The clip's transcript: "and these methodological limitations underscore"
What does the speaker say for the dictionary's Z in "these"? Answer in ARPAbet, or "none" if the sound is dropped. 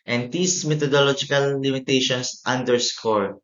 S